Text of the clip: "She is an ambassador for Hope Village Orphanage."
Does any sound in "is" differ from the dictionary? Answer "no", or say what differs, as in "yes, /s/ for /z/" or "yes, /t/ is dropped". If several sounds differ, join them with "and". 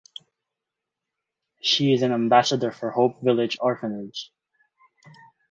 no